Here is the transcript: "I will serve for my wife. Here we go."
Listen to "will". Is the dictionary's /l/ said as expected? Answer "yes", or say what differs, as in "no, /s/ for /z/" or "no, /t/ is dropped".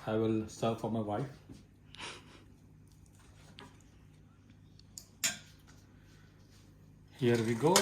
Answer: yes